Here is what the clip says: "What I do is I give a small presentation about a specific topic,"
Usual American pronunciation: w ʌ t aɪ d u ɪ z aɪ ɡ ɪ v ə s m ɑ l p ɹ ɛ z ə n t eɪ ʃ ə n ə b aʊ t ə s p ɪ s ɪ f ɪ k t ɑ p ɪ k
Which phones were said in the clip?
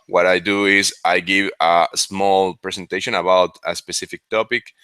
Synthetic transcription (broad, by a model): w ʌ t aɪ d u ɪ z aɪ ɡ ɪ v ə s m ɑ l p ɹ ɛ s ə n t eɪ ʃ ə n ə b aʊ t ə s p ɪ s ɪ f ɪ k t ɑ p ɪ k